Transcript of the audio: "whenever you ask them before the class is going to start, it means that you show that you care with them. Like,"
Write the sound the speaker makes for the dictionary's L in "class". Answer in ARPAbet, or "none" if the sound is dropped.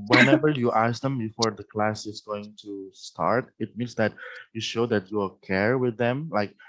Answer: L